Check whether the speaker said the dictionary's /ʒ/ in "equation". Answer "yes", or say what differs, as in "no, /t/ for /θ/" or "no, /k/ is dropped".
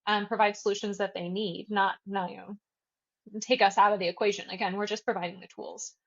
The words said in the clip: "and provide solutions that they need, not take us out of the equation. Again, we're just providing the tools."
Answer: yes